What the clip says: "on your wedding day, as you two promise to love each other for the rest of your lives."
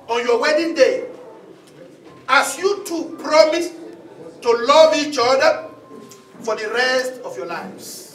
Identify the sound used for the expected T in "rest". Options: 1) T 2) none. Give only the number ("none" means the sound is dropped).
1